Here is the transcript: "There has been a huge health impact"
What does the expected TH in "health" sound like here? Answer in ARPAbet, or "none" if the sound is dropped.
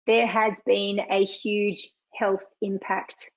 TH